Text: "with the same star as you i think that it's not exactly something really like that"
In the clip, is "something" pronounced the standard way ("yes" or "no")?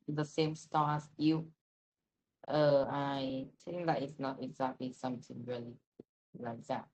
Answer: no